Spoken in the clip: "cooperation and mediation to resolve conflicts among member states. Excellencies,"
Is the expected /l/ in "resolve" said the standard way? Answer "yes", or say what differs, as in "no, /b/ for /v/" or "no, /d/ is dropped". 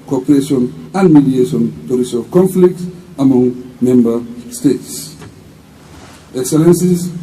no, /l/ is dropped